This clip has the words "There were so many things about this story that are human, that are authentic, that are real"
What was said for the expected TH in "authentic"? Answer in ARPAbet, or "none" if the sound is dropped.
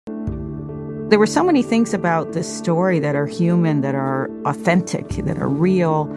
TH